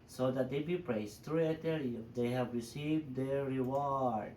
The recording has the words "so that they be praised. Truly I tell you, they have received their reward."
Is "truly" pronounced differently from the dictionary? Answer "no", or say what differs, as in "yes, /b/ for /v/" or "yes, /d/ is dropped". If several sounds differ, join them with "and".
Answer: yes, /l/ is dropped